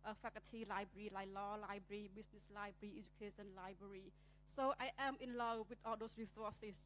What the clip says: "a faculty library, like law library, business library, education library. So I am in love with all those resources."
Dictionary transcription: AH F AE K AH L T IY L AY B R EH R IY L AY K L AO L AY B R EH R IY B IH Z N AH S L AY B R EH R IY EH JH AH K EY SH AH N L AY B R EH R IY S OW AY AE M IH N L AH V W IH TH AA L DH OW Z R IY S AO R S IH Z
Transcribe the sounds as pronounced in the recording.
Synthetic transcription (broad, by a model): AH F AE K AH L T IY L AY B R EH R IY L AY K L AO L AY B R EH R IY B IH S N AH S L AY B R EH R IY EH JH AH K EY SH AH N L AY B R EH R IY S OW AY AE M IH N L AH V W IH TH AA L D OW S R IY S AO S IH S